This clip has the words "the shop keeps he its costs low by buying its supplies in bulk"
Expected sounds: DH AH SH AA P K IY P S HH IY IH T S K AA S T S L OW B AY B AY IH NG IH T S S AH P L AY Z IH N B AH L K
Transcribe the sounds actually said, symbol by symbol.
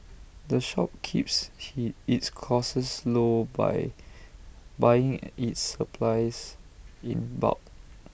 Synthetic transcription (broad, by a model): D AH SH AA P K IY P S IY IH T S K AA S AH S L OW B AY B AY IH NG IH T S S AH P L AY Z IH N B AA K